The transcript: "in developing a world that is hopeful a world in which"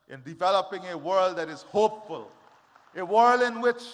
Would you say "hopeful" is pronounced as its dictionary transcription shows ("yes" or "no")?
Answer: yes